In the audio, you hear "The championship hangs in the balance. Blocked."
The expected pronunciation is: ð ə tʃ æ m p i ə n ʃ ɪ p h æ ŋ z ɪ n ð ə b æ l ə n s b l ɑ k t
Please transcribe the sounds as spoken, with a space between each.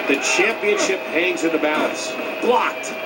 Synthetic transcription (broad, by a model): ð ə tʃ æ m p i ə n ʃ ɪ p h æ ŋ z ɪ n ð ə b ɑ ə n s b l ɑ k t